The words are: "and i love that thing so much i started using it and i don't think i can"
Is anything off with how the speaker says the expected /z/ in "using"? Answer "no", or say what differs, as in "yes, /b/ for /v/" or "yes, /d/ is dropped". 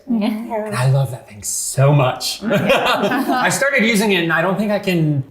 no